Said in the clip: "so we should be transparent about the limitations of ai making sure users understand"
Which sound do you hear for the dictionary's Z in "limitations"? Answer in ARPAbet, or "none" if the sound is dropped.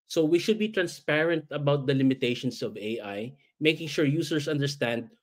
S